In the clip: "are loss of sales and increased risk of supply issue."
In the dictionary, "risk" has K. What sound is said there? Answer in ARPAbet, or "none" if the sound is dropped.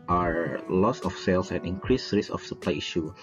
none